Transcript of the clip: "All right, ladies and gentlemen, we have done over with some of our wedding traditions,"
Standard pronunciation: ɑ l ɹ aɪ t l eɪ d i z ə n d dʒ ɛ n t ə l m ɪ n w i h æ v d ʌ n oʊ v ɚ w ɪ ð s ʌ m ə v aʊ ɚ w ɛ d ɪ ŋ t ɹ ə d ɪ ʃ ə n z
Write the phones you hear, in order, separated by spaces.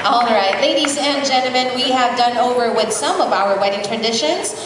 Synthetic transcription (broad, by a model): ɑ l ɹ aɪ t l eɪ d i z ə n dʒ ɛ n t l m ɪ n w i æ v d ʌ n oʊ v ɚ w ɪ ð s ʌ m ə v aʊ ɚ w ɛ d ɪ ŋ t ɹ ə d ɪ ʃ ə n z